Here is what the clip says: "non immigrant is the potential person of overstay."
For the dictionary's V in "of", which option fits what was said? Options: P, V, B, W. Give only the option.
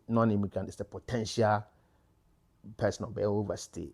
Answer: B